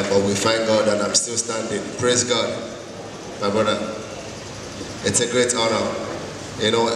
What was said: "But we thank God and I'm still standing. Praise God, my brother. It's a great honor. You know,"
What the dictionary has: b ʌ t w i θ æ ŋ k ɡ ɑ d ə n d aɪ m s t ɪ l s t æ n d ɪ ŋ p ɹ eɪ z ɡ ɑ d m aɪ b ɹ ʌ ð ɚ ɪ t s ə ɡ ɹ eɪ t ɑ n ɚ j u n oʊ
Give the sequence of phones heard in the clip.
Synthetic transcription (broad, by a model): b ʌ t w i f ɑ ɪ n ɡ ɑ d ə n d aɪ m s t ɪ l s t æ n d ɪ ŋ p ɹ eɪ z ɡ ɑ d m aɪ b ɹ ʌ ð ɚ ɪ t s ə ɡ ɹ eɪ t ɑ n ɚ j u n oʊ